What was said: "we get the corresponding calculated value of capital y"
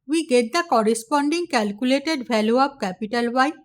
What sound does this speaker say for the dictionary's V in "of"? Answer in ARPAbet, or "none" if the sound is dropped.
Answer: P